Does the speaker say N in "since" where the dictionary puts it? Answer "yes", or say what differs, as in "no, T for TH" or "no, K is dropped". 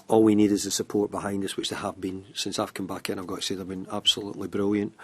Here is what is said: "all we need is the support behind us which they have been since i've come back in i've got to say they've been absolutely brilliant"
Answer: yes